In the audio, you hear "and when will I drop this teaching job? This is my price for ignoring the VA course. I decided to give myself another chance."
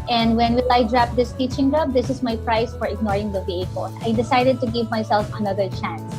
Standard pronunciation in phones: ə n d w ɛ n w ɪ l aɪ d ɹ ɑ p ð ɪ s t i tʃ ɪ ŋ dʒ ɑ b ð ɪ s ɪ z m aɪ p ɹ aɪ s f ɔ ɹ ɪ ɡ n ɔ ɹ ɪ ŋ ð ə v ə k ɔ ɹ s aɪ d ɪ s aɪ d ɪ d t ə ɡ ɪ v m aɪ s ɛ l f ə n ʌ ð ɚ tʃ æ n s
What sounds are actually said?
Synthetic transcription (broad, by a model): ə n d w ɛ n w ɪ l aɪ d ɹ ɑ p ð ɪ s t i tʃ ɪ ŋ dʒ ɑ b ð ɪ s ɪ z m aɪ p ɹ aɪ s f ɔ ɹ ɪ ɡ n ɔ ɹ ɪ ŋ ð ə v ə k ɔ l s aɪ d ɪ s aɪ d ɪ d t ə ɡ ɪ v m aɪ s ɛ l f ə n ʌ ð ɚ tʃ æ n s